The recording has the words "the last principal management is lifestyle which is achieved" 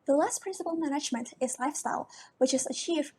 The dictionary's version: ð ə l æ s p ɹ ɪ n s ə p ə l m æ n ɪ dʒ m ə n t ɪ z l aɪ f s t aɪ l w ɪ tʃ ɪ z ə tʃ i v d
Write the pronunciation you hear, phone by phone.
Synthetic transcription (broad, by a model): ð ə l æ s p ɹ ɪ n s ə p l m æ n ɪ dʒ m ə n t ɪ z l aɪ f s t aɪ l w ɪ tʃ ɪ z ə tʃ i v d